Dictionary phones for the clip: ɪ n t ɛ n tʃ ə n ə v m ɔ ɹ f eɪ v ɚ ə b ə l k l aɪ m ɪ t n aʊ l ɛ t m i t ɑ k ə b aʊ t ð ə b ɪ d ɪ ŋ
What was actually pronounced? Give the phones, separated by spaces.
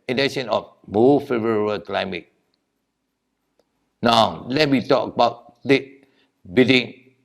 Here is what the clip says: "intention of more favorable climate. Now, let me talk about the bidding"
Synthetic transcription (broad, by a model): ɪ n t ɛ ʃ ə n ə f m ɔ f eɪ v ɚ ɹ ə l k l aɪ m ɪ t n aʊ l ɛ t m i t ɑ k ə b aʊ t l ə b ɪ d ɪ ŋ